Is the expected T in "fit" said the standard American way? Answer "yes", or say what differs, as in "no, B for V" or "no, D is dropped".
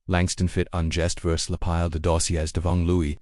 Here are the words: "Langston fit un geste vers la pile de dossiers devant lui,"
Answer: yes